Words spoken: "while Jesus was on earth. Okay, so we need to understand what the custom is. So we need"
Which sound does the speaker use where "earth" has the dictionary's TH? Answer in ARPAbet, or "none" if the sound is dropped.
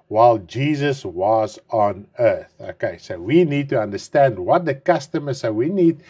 TH